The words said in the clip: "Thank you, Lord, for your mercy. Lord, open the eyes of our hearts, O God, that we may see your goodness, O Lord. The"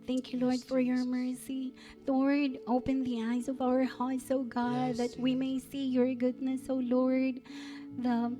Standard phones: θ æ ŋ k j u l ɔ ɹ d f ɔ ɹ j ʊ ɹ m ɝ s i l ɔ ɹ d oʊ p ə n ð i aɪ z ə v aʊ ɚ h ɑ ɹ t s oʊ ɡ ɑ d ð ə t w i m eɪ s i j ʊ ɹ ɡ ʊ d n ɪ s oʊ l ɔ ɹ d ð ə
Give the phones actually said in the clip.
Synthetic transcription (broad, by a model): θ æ ŋ k j u l ɔ ɹ d f ɔ ɹ j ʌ ɹ m ɝ s i l ɔ ɹ d oʊ p ə n ð i aɪ z ə v aʊ ɚ h ɑ ɹ t s oʊ ɡ ɑ d ð ə t w i m eɪ s i j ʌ ɹ ɡ ʊ d n ɪ s oʊ l ɔ ɹ d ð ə